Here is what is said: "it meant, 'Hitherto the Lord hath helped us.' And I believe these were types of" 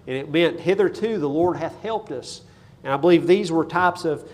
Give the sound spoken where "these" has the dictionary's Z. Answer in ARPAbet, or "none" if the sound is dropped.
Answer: Z